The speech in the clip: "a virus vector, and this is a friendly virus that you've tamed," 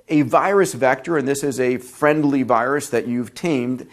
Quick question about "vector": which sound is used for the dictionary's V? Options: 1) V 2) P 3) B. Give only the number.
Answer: 1